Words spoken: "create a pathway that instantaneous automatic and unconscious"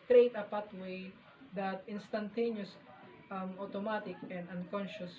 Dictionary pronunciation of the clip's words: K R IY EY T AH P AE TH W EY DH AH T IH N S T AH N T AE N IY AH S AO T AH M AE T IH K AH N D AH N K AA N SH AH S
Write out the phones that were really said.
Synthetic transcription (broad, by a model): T R EY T AH P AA T W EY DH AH T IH N S T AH N T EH N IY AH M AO T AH M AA T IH K AH N D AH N K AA N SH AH S